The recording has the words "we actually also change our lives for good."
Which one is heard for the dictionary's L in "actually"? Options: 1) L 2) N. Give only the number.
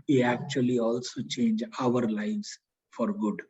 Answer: 1